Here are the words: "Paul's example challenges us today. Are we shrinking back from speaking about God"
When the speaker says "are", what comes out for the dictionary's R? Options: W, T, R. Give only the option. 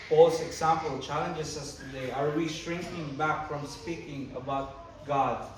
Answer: R